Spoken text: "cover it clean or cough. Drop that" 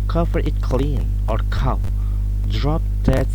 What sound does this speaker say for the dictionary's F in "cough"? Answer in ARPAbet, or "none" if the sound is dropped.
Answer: P